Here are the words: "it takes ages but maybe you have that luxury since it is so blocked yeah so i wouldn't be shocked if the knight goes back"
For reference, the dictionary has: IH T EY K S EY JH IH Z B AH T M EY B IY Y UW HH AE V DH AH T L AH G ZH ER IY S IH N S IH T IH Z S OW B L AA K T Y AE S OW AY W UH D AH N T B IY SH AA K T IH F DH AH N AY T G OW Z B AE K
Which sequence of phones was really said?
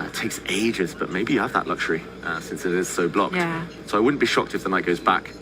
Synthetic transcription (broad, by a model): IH T EY K S EY JH IH Z B AH T M EY B IY Y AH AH V DH AH T L AH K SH ER IY S IH N S IH T IH Z S OW B L AA K T S OW AY W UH D N B IY SH AA K T IH F DH AH N AY T G OW Z B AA K